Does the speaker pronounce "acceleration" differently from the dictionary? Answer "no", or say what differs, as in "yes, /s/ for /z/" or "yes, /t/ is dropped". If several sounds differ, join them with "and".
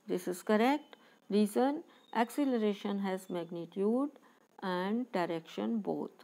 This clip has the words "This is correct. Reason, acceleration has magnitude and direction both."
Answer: no